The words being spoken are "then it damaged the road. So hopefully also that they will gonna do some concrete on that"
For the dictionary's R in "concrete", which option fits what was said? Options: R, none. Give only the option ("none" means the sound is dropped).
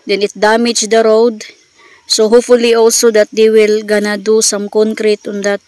R